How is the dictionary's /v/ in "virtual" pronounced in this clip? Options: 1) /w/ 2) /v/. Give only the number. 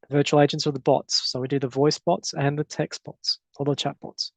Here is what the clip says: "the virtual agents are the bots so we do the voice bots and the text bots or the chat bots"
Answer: 2